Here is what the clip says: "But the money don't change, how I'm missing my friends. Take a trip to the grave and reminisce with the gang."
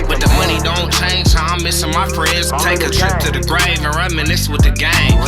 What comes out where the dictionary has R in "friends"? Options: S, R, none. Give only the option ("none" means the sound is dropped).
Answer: R